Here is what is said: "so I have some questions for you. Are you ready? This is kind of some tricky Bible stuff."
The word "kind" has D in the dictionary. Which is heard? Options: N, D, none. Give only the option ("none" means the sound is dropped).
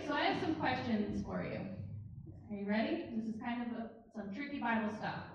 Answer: D